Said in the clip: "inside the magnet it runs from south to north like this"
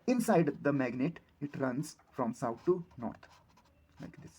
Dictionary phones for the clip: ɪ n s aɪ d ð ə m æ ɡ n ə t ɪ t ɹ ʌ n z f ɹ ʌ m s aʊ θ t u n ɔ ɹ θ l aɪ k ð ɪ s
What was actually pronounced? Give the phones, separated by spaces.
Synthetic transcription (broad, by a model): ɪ n s aɪ d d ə m æ ɡ n ə t ɪ t ɹ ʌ n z f ɹ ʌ m s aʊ t t u n ɔ ɹ t l aɪ k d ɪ s